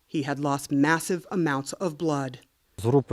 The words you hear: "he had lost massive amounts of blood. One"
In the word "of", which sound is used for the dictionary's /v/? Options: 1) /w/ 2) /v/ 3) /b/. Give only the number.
2